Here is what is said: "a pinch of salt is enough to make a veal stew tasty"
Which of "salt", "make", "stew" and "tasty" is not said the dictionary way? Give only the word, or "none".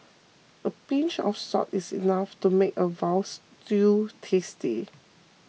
salt